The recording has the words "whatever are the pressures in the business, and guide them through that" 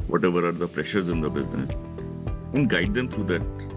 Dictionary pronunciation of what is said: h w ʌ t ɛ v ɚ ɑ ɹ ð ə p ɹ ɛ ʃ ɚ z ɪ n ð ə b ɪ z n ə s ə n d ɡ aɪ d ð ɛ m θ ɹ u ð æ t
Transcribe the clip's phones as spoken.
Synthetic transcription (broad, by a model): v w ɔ t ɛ v ɚ ɑ ɹ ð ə p ɹ ɛ ʃ ɚ z ɪ n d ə b ɪ z n ə s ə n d ɡ aɪ d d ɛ m t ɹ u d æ t